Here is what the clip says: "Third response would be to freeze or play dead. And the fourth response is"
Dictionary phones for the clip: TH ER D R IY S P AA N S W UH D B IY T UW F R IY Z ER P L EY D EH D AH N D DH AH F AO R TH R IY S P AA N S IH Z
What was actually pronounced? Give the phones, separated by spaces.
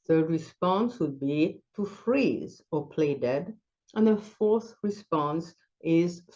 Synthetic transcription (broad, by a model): TH ER D R IY S P AA N S W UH D B IY T UW F R IY Z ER P L EY D EH D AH N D DH AH F AO R TH R IY S P AA N S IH Z